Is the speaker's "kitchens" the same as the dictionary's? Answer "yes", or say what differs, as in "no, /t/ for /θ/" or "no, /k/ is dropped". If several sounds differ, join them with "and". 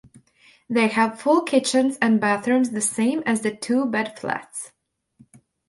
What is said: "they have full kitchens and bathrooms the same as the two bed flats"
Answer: yes